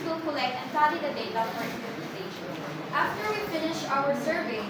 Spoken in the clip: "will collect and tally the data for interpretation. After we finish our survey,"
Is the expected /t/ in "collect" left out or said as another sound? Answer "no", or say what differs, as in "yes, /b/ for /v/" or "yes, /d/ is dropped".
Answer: no